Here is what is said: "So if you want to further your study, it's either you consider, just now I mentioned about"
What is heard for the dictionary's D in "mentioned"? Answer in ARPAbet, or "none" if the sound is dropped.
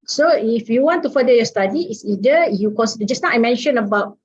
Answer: none